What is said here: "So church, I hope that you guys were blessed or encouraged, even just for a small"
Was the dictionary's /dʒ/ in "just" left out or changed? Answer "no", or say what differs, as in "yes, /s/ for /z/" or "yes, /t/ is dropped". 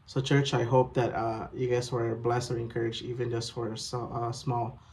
no